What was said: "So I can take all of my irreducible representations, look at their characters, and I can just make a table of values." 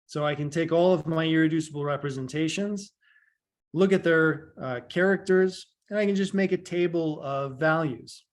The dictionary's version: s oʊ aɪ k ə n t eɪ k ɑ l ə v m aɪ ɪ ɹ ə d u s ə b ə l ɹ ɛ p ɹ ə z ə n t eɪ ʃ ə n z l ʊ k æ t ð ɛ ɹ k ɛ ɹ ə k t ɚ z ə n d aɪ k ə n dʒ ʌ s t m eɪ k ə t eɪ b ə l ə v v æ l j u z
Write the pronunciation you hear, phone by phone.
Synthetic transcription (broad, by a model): s oʊ aɪ k ə n t eɪ k ɑ l ə v m aɪ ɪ ɹ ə d u s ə b l ɹ ɛ p ɹ ə z ə n t eɪ ʃ ə n z l ʊ k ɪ t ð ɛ ɹ k ɛ ɹ ə k t ɚ z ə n aɪ k ə n dʒ ʌ s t m eɪ k ə t eɪ b l ə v v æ l j u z